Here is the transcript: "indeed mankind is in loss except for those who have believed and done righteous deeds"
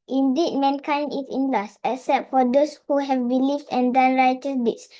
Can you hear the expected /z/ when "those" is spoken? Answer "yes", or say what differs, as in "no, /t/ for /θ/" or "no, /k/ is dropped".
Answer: no, /s/ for /z/